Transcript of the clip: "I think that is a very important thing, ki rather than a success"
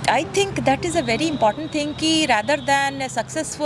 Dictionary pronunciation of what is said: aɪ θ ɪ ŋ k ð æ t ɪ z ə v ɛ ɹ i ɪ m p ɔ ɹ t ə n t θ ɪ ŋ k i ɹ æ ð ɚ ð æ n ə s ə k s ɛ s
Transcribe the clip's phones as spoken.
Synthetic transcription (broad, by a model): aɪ t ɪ ŋ k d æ t ɪ z ə v ɛ ɹ i ɪ m p ɔ ɹ t ə n t t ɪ ŋ k i ɹ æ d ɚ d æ n s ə k s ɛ s